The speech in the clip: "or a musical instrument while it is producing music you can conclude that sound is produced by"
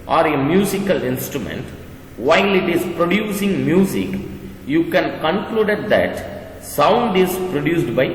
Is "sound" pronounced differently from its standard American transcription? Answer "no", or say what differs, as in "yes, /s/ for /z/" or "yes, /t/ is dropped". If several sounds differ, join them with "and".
no